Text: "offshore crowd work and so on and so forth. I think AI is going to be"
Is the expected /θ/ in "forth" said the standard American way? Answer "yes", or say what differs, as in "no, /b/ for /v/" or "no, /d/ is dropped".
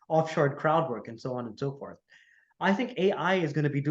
yes